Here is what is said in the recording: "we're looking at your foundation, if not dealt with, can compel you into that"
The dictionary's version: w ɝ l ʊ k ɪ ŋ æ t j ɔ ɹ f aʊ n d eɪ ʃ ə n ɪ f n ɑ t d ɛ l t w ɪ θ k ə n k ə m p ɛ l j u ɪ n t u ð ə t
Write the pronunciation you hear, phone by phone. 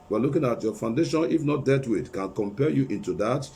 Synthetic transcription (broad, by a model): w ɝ l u k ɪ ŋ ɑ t j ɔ f aʊ n d eɪ ʃ ə n ɪ f n ɑ t d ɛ t w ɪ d k ə n k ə m p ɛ j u ɪ n t u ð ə t